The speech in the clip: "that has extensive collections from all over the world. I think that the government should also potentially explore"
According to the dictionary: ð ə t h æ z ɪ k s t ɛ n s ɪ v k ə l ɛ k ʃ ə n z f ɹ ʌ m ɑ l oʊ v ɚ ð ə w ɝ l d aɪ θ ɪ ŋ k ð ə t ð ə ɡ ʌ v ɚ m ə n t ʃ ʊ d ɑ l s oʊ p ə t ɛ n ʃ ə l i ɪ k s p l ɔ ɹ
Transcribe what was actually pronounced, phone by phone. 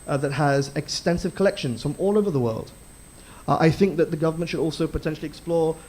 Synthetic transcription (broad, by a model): ð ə t h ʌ z ɪ k s t ɛ n s ɪ v k ə l ɛ k ʃ ə n z f ɹ ʌ m ɑ l oʊ v ɚ ð ə w ɝ l d aɪ θ ɪ ŋ k ð ə t ð ə ɡ ʌ v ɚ m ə n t ʃ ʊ d ɑ l s oʊ p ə t ɛ n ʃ l i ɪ k s p l ɔ ɹ